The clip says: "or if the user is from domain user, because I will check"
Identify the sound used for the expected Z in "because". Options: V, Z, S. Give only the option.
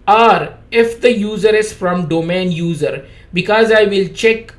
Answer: Z